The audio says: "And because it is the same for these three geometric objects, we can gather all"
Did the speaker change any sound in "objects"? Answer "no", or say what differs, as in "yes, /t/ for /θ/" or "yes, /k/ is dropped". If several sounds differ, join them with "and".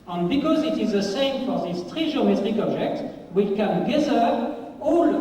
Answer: yes, /s/ is dropped